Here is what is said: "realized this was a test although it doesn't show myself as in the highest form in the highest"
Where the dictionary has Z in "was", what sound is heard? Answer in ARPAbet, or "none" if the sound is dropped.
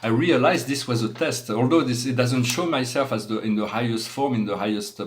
Z